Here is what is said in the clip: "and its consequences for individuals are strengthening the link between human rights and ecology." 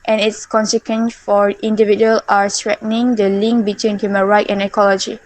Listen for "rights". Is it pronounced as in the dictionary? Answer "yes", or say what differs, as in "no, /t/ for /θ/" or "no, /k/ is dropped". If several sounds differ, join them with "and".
no, /s/ is dropped